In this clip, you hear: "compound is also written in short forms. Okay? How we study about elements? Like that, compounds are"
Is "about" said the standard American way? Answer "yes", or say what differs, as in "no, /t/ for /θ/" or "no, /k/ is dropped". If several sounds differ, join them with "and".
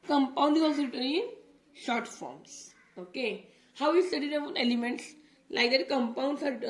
no, /b/ is dropped